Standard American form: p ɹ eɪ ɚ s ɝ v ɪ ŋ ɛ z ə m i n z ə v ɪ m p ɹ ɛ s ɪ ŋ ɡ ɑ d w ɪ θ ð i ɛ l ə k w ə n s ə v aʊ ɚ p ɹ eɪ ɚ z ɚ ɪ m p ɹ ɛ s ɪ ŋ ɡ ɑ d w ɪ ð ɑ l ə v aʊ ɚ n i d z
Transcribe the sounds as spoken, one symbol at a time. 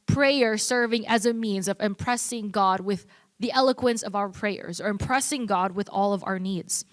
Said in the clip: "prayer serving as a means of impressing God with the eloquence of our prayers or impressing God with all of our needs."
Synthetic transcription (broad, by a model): p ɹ eɪ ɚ s ɝ v ɪ ŋ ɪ z ə m i n z ə v ɪ m p ɹ ɛ s ɪ ŋ ɡ ɑ d w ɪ ð i ɛ l ə k w ə n s ə v aʊ ɚ p ɹ eɪ ɚ z ɚ ɪ m p ɹ ɛ s ɪ ŋ ɡ ɑ d w ɪ ð ɑ l ə v aʊ ɚ n i d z